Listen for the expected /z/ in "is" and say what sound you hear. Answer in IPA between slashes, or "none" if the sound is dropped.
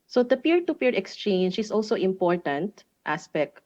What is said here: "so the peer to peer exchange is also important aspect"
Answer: /s/